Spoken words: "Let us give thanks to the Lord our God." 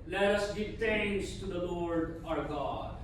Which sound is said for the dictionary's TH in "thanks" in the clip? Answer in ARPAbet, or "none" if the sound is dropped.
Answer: T